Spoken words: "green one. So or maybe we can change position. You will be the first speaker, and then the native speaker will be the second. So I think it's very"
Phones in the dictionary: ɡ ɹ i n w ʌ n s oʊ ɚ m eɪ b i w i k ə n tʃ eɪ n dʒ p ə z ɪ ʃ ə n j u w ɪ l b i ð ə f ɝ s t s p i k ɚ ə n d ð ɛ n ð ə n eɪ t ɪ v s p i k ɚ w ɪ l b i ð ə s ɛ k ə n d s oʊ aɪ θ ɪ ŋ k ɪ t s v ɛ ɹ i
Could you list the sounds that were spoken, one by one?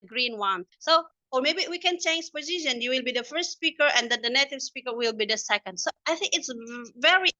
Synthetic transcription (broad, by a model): ɡ ɹ i n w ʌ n s oʊ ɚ m eɪ b i w i k ə n tʃ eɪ n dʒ p ə z ɪ ʃ ə n j u w ɪ l b i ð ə f ɝ s t s p i k ɚ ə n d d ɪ n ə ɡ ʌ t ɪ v s p i k ɚ w ɪ l b i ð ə s ɛ k ə n d s oʊ aɪ θ ɪ ŋ k ɪ t s v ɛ ɹ i